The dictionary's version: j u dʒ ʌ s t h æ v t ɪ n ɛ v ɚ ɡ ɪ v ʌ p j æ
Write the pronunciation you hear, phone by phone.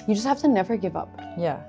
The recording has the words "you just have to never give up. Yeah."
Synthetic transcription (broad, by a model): j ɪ dʒ ʌ s t h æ f t ɪ n ɛ v ɚ ɡ ɪ v ʌ p j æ